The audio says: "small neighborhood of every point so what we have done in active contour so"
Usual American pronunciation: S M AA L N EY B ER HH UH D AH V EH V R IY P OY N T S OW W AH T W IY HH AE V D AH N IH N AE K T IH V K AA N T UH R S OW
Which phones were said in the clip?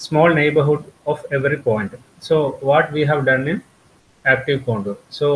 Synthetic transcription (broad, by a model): S M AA L N EY B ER HH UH D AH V EH V R IY P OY N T S OW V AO T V IY HH AE V D AH N IH N AE K T IH V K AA N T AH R S OW